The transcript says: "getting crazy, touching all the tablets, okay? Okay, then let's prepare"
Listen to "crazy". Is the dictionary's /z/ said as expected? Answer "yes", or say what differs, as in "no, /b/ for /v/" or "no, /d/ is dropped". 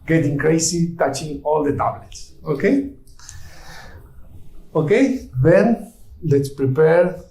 no, /s/ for /z/